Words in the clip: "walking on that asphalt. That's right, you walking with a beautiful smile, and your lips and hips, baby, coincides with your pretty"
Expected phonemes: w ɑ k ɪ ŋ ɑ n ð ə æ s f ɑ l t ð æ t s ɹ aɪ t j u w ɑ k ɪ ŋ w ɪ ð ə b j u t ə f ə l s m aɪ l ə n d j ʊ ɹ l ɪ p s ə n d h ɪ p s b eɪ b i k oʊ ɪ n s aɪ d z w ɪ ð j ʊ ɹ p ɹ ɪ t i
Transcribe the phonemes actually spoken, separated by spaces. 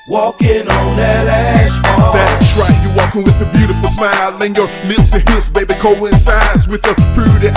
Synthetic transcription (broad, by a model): w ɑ k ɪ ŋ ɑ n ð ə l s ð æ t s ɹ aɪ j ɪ w ɑ k ɪ ŋ w ɪ ð ə b j u t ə f l s m aɪ l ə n j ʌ ɹ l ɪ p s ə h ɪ s b eɪ b i k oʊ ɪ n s aɪ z w ɪ ð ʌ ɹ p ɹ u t